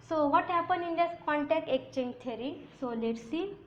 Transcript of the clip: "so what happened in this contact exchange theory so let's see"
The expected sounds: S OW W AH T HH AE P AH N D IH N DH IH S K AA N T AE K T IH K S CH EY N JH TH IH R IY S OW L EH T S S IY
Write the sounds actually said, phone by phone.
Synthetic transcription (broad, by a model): S OW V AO T HH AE P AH N IH N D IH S K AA N T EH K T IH K CH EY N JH T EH R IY S OW L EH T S S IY